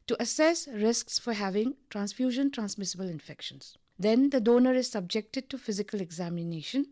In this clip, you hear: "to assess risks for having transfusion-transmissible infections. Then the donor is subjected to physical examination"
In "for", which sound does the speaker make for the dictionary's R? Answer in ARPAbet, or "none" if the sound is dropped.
R